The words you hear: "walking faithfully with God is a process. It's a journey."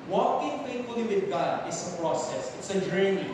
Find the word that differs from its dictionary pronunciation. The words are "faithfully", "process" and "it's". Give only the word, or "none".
faithfully